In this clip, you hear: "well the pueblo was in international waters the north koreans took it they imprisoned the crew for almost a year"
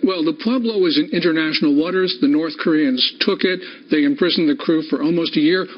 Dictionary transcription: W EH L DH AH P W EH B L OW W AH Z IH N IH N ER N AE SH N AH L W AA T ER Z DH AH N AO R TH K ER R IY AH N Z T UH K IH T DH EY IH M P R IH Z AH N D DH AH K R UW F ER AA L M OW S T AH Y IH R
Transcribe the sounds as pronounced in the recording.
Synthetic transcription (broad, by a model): W EH L DH AH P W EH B L OW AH Z IH N IH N ER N AE SH N L W AA T ER Z DH AH N AO R TH K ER R IY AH N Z T UH K IH T DH EY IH M P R IH Z N DH AH K R UW F ER AA L M OW S T AH Y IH R